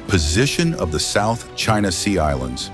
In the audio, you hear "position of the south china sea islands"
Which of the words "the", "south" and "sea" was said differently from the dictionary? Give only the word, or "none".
none